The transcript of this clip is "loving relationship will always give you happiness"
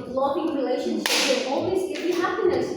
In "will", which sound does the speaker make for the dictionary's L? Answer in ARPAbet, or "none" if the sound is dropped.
N